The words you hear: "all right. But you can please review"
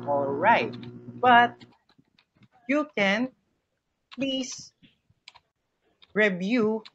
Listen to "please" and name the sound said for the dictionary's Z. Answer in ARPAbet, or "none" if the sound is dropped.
S